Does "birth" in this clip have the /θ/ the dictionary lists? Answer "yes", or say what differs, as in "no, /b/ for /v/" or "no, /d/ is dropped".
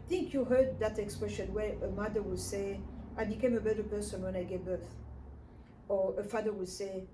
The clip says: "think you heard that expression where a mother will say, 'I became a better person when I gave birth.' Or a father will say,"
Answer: yes